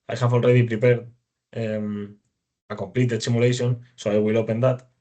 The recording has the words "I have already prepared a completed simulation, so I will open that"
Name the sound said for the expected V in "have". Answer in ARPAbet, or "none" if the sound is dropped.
F